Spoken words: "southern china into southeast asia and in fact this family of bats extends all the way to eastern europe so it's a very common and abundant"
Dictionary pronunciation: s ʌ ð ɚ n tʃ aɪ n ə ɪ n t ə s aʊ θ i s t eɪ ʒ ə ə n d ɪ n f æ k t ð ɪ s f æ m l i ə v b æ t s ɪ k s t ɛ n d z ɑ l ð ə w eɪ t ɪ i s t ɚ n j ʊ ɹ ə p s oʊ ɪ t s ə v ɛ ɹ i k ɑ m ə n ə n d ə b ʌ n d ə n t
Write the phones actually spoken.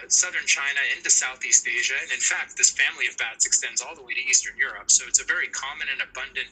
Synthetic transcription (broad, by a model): s ʌ ð ɚ n tʃ aɪ n ə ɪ n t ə s aʊ θ i s t eɪ ʒ ə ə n ɪ n f æ k t ð ɪ s f æ m l i ə v b æ t s ɪ k s t ɛ n d z ɑ l ð ə w eɪ t ɪ i s t ɚ n j ʊ ɹ ə p s oʊ ɪ t s ə v ɛ ɹ i k ɑ m ə n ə n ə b ʌ n d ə n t